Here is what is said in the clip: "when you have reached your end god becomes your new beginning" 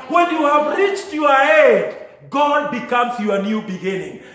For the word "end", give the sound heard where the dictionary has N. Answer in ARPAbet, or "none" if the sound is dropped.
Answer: none